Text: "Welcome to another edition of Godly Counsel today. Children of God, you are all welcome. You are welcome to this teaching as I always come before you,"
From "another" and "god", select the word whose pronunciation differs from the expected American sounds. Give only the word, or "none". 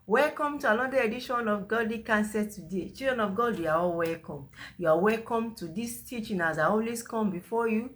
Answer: another